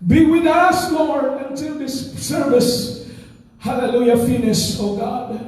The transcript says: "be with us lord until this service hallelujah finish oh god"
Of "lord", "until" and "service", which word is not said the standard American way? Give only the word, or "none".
lord